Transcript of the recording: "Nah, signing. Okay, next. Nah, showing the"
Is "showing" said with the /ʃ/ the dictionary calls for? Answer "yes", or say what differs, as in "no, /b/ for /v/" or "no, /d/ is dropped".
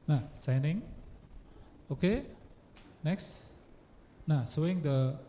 no, /s/ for /ʃ/